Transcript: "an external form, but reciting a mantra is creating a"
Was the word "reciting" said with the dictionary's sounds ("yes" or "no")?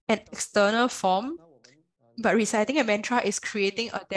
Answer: yes